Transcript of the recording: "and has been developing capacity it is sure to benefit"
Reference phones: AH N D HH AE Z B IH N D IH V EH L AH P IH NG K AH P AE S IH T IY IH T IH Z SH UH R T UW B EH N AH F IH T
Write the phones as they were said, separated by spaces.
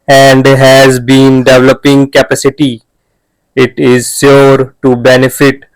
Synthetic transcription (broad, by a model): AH N D HH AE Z B IH N D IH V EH L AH P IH NG K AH P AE S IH T IY IH T IH Z S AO R T UW B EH N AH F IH T